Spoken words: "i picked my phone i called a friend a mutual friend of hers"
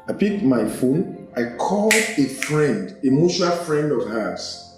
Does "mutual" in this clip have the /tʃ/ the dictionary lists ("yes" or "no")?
no